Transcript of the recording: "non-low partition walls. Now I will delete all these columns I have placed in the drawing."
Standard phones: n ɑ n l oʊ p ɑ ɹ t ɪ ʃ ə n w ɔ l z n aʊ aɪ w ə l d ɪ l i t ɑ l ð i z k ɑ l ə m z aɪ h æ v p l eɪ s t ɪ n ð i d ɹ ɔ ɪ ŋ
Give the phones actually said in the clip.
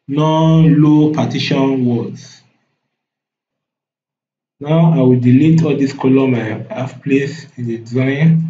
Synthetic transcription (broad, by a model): n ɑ n l oʊ p ɑ t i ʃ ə n w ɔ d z n aʊ aɪ w ə l d ɪ l i t ɑ l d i s k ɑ l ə m aɪ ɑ f p l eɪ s ɪ n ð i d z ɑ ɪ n